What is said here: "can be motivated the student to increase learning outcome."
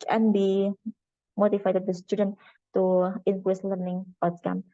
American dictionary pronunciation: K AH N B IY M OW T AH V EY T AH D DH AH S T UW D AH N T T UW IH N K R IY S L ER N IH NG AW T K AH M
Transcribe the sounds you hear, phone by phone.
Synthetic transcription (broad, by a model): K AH N B IY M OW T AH F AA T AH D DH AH S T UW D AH N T T UW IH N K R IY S L ER N IH NG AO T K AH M